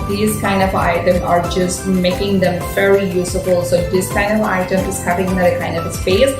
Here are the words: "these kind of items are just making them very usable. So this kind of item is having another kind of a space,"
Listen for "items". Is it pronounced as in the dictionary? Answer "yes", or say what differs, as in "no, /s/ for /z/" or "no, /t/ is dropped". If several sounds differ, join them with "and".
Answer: no, /z/ is dropped